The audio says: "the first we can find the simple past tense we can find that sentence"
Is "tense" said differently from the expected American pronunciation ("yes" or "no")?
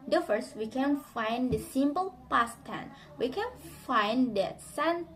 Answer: yes